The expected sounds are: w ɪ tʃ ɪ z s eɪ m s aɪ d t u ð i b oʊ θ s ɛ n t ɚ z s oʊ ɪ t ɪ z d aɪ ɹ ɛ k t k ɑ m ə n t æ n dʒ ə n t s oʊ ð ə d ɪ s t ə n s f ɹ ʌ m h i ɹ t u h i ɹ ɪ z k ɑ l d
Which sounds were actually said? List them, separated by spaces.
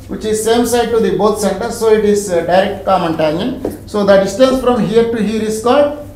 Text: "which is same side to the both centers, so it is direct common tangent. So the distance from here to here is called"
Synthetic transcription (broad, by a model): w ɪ tʃ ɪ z s eɪ m s aɪ d t u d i b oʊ t s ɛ n t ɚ s oʊ ɪ t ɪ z d aɪ ɹ ɛ k t k ɑ m ə n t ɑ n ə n s oʊ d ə d ɪ s t ə n s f ɹ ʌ m h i ɹ t u h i ɹ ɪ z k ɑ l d